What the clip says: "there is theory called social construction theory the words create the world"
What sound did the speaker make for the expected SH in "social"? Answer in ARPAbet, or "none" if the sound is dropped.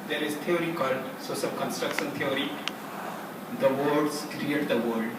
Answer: S